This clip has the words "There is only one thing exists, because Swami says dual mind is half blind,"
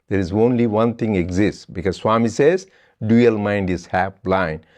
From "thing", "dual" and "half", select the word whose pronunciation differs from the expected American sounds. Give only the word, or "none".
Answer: thing